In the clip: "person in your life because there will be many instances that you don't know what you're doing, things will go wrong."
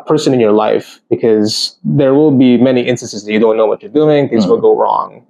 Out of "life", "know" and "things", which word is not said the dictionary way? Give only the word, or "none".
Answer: none